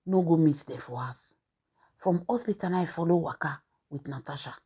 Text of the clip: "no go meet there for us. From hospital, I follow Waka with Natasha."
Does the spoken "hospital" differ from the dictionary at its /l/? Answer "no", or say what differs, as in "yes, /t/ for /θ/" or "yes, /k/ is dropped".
yes, /n/ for /l/